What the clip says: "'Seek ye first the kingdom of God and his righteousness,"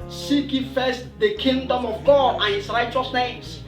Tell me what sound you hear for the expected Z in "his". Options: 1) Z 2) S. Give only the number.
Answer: 2